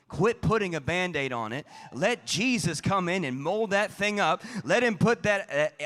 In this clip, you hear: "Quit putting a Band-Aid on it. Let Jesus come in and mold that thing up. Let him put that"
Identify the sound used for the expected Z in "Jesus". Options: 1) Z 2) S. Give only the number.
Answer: 1